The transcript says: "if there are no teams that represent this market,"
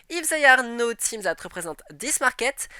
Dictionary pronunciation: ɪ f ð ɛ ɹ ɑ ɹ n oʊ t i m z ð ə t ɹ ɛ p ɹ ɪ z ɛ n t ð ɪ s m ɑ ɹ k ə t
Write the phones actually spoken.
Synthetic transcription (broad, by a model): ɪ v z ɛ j ɑ ɹ n oʊ t i m z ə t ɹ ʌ p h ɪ z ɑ t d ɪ s m ɑ ɹ k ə t